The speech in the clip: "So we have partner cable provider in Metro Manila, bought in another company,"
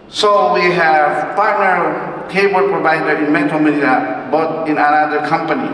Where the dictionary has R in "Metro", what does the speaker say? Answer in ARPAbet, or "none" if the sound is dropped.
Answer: none